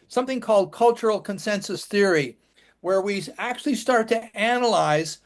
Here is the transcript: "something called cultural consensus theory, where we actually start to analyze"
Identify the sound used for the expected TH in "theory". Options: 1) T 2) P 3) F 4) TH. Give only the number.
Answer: 4